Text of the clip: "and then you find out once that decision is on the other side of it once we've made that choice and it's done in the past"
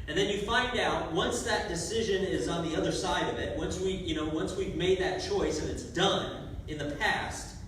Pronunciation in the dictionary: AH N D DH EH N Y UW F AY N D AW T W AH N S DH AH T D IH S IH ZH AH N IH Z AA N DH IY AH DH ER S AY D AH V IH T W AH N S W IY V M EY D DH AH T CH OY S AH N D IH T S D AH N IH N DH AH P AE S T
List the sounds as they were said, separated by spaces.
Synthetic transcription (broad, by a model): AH N DH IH N Y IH F AY N D AW T W AH N S DH AH T D IH S IH ZH AH N IH Z N DH IY AH DH ER S AY D AH V IH T W AH N S W IY V M EY D DH AH T CH OY S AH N IH T S D AH N IH N DH AH P AE S T